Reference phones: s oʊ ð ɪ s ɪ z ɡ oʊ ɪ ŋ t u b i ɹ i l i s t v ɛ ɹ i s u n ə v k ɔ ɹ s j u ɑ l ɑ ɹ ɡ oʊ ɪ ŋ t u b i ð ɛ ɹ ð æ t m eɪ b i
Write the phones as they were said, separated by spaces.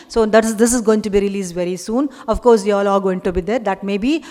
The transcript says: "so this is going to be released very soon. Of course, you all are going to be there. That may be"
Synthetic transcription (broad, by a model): s oʊ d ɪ s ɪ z ɡ oʊ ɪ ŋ t u b i ɹ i l i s v ɛ ɹ i s u n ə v k ɔ ɹ s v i ɑ l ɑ l ɡ oʊ ɪ ŋ t u b i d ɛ ɹ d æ t m eɪ b i